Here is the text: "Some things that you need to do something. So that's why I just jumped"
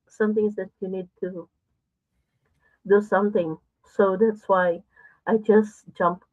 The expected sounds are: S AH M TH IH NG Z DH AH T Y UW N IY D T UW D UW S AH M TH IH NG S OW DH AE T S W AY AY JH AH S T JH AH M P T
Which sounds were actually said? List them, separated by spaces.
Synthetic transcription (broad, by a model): S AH M T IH NG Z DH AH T Y UW N IY D T UW D UW S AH M T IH NG S OW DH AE T S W AY AY JH AH S T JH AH M P